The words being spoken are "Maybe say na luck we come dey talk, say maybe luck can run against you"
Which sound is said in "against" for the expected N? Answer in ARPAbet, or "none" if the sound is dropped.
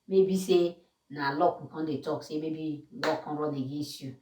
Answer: none